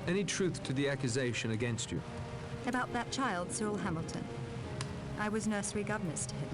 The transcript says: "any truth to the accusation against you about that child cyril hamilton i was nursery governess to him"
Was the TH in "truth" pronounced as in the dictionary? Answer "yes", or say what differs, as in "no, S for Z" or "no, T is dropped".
yes